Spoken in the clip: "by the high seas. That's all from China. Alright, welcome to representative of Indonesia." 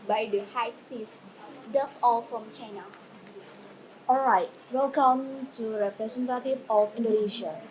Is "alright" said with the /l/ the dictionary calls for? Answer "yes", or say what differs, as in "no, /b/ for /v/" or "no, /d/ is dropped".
yes